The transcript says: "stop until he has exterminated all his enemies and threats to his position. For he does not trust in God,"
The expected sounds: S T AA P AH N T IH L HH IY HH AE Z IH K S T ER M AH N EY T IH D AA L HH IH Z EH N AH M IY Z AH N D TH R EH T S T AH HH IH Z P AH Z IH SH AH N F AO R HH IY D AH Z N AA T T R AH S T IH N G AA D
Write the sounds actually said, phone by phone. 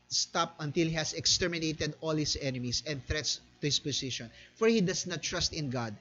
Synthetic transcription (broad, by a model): S T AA P AH N T IH L HH IY HH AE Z IH K S T ER M AH N EY T IH D AA L HH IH S EH N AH M IY S AH N D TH R EH T S T AH HH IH S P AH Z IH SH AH N F AO R HH IY D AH S N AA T T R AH S T IH N G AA D